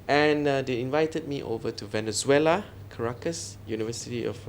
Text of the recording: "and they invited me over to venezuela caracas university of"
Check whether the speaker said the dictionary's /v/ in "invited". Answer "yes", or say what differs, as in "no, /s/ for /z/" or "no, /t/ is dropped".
yes